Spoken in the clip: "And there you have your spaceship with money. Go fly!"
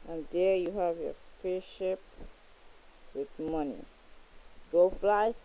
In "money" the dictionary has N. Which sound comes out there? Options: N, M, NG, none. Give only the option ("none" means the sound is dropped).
N